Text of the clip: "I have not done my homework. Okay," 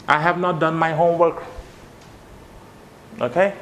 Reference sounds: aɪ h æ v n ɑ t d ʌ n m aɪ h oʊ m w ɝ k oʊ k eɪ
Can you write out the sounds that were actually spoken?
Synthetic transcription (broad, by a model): aɪ h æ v n ɑ t d ʌ n m aɪ h oʊ m w ɝ k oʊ k eɪ